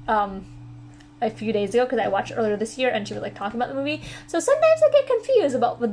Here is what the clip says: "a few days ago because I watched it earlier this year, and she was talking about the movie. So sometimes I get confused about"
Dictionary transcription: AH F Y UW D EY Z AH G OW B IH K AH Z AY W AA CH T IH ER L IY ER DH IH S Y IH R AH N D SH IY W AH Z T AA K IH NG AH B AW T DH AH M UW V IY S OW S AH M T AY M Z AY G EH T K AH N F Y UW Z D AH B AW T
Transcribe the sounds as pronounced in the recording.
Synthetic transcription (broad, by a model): AH F Y UW D EY Z AH G OW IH K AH Z AY W AA CH T ER L IY ER DH IH S Y IH R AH N SH IY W AH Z T AA K IH NG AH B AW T DH AH M UW V IY S OW S AH M T AY M Z AY G EH T K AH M F Y UW Z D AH B AW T